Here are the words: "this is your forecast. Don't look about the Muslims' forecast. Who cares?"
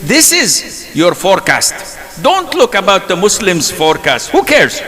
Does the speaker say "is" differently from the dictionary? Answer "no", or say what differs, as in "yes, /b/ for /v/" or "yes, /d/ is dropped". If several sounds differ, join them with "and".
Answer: no